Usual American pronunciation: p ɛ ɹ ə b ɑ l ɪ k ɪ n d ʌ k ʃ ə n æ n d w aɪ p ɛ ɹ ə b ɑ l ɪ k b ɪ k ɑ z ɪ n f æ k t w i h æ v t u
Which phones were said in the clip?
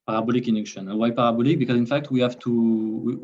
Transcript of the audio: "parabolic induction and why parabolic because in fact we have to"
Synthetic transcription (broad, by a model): p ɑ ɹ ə b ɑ l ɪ k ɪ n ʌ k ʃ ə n n w aɪ p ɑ ɹ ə b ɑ l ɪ k b ɪ k ɑ z ɪ n f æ k t w i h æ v t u